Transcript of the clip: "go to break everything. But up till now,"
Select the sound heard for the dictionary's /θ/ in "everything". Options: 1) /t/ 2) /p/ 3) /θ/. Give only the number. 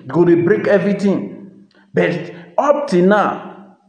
1